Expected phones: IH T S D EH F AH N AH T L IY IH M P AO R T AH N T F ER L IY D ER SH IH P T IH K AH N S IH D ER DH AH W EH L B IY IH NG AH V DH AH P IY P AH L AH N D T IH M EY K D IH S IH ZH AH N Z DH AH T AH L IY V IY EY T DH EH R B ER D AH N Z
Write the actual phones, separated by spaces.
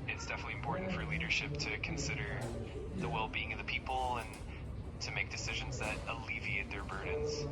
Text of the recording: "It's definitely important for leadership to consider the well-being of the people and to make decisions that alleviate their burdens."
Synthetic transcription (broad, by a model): IH T S D EH F AH N AH T L IY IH M P AO R T N T F ER L IY D ER SH IH P T IH K N S IH D ER DH AH W EH L B IY IH NG AH V DH AH P IY P L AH N T IH M EY K D IH S IH ZH AH N Z DH AH T AH L IY V IY EY T DH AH R B ER D N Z